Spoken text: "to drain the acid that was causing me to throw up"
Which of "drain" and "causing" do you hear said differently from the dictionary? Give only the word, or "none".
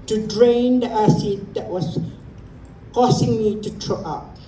causing